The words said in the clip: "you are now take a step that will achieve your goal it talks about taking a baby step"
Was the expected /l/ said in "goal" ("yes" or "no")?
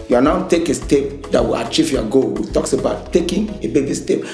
no